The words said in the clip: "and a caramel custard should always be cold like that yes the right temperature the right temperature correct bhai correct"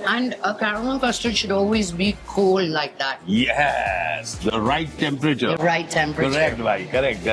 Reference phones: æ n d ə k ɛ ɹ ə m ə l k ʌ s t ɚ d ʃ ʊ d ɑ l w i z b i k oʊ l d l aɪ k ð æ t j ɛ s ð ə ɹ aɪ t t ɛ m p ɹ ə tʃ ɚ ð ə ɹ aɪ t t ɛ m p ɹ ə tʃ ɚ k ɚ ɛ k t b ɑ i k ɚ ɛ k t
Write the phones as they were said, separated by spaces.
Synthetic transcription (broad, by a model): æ n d ə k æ ɹ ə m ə n k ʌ s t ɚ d ʃ ʊ d ɑ l w i z b i k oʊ l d l aɪ k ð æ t j ɛ s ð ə ɹ aɪ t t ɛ m p ɹ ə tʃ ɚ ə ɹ aɪ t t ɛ m p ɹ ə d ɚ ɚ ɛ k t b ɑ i k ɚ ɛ k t